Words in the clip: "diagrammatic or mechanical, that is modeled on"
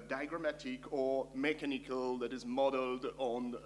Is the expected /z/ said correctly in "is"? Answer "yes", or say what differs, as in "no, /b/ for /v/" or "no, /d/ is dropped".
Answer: yes